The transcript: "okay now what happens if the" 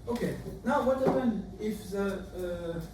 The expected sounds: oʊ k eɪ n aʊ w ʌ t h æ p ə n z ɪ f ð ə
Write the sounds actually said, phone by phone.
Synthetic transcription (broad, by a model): oʊ k eɪ n aʊ w ʌ t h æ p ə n ɪ f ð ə